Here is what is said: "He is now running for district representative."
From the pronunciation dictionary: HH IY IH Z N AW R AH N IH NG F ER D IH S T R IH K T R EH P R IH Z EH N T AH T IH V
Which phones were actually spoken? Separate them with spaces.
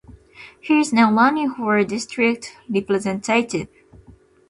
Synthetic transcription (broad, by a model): HH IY IH Z N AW L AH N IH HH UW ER D IH S T R IH K T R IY P L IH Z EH N T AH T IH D